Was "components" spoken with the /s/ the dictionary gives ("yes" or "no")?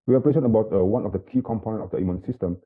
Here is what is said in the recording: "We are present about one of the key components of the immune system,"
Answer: no